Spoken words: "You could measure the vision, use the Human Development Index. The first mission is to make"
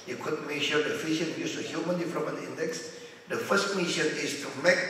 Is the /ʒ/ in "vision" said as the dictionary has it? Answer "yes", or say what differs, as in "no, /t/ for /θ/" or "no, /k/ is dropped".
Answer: no, /ʃ/ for /ʒ/